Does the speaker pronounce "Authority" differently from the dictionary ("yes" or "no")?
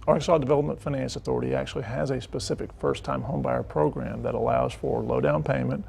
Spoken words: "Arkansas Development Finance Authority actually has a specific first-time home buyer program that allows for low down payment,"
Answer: no